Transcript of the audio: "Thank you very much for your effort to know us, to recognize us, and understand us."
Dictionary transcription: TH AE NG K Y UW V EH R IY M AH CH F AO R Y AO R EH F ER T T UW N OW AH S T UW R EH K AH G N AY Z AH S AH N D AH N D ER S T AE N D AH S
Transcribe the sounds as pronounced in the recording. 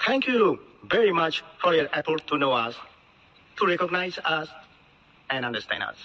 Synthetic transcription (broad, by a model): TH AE NG K Y UW V EH R IY M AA CH F AO R Y AO R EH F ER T T UW N OW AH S T UW R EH K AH G N AY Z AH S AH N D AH N D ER S T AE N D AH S